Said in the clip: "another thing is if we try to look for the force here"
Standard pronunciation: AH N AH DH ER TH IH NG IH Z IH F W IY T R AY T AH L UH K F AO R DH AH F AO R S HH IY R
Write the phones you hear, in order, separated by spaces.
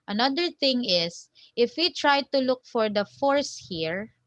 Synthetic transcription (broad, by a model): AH N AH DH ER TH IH NG IH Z IH F W IY T R AY T AH L UH K F AO R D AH F AO R S HH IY R